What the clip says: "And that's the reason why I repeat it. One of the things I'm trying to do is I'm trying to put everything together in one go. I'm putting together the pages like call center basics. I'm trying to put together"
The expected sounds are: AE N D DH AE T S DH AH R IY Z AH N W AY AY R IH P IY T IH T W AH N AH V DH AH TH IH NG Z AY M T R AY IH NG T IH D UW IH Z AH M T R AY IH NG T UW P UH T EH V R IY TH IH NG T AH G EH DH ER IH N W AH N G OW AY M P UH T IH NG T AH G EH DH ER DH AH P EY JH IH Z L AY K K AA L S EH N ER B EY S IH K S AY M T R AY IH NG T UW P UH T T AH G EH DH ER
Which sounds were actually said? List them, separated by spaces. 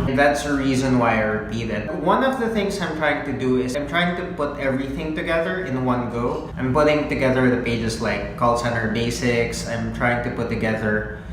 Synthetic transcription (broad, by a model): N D DH AE T S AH R IY Z AH N W AY AY R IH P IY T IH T W AH N AH V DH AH TH IH NG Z AY M T R AY IH NG T IH D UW IH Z AH M T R AY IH NG T UW P UH T EH V R IY TH IH NG T AH G EH DH ER IH N W AH N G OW AY M P UH T IH NG T AH G EH DH ER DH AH P EY JH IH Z L AY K K AA L S EH N ER B EY S IH K S AY M T R AY IH NG T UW P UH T T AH G EH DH ER